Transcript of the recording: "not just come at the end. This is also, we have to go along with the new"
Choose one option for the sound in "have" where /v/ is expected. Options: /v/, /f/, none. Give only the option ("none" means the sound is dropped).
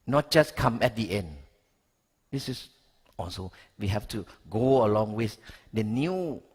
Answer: /f/